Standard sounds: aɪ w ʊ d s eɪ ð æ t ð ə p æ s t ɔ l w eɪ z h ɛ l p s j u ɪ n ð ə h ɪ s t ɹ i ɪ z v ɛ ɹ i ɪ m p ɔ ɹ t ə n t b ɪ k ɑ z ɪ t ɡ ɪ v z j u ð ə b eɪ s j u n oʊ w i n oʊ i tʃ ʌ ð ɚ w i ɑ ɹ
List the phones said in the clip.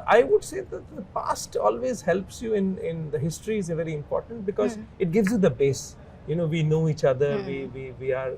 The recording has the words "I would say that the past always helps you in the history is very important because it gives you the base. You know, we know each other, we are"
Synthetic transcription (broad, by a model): aɪ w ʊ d s eɪ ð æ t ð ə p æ s t ɔ l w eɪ z h ɛ l p s j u ɪ n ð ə h ɪ s t ɹ i ɪ z v ɛ ɹ i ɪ m p ɔ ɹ t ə n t b ɪ k ɑ z ɪ t ɡ ɪ v z j u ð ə b eɪ s j u n oʊ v i n oʊ i tʃ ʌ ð ɚ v i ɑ ɹ